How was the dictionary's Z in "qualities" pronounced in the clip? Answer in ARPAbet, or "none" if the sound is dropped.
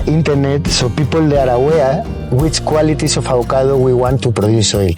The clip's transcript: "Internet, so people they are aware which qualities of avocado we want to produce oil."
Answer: S